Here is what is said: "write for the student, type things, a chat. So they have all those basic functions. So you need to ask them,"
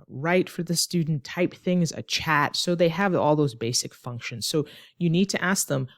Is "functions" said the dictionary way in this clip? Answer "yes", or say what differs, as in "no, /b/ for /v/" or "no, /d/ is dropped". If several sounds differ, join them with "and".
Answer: yes